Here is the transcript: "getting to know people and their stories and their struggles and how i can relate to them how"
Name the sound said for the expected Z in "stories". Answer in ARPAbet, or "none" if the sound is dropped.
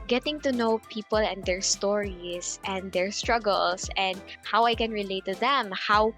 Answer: S